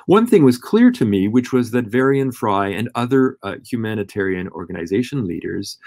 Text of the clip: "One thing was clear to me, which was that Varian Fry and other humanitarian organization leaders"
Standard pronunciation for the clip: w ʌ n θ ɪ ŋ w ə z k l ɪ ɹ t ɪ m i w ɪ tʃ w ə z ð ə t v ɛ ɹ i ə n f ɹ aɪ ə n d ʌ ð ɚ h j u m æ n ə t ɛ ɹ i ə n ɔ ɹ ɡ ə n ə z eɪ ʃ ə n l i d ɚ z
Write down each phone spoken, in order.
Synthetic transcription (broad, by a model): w ʌ n θ ɪ ŋ w ə z k l ɪ ɹ t ɪ m i w ɪ tʃ w ə z ð ə t v ɛ ɹ i ə n f ɹ aɪ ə n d ʌ ð ɚ h j u m æ n ə t ɛ ɹ i ə n ɔ ɹ ɡ ə n ə z eɪ ʃ ə n l i d ɚ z